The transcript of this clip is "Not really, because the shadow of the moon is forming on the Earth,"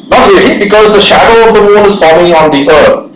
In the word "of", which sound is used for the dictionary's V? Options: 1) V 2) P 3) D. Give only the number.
1